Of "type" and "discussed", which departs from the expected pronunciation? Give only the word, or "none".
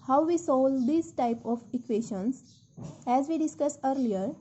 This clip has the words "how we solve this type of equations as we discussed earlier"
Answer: discussed